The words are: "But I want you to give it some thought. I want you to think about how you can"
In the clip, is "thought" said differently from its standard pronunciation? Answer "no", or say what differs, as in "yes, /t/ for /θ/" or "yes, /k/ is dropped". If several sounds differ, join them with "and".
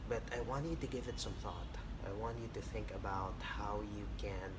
no